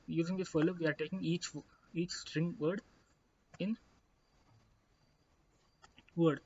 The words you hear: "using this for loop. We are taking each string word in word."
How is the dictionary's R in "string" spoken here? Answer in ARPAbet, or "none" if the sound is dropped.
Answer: R